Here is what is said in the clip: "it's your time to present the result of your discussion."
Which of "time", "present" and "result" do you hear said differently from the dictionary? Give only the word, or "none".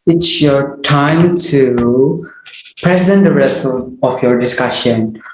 result